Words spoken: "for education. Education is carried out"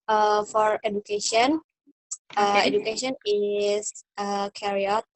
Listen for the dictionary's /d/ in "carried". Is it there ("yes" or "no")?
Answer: no